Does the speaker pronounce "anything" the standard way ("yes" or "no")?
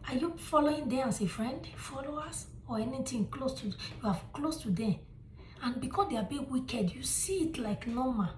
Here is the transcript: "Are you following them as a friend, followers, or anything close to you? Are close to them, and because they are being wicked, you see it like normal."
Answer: no